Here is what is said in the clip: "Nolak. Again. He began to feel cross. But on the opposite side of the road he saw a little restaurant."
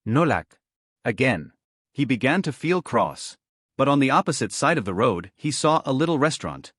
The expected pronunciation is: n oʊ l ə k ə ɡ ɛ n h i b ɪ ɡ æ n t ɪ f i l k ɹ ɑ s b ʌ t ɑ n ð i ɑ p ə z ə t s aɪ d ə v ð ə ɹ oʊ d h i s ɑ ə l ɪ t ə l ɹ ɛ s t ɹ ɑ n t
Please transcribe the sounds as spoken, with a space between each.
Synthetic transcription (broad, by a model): n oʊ l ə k ə ɡ ɛ n h i b ɪ ɡ æ n t ɪ f i l k ɹ ɑ s b ʌ t n ð i ɑ p ə z ə t s aɪ d ə v ð ə ɹ oʊ d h i s ɑ ə l ɪ t l ɹ ɛ s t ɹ ɑ n t